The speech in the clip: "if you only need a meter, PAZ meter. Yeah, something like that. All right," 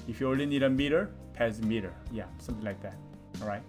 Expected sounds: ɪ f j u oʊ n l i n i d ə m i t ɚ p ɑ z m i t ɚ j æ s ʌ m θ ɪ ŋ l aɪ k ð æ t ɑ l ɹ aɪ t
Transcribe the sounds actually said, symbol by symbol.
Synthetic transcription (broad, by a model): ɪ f j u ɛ l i n i d ə m i t ɚ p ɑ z m i t ɚ j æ s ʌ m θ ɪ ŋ l aɪ k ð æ t ɑ l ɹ aɪ t